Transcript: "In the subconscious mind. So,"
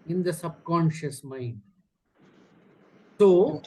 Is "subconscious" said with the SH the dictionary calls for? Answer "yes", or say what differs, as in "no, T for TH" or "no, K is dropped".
yes